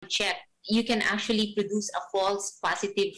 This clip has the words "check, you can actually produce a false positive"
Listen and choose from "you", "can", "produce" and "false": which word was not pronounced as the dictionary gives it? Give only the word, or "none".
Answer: none